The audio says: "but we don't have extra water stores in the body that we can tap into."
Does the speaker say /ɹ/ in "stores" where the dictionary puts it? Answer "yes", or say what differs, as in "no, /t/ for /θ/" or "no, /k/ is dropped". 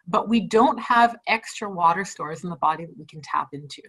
yes